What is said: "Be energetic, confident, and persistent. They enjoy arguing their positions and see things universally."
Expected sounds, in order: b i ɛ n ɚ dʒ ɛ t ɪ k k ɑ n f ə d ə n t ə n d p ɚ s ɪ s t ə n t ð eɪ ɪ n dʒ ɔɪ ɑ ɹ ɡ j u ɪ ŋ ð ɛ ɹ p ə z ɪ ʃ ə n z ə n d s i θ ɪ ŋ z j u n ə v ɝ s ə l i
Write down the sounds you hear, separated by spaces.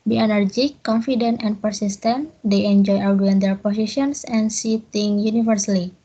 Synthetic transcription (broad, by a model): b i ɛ n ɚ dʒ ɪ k k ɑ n f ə d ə n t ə n p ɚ s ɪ s t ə n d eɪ ɪ n dʒ ɔɪ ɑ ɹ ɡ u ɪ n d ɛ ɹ p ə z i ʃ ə n s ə n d s i t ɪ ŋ j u n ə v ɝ s l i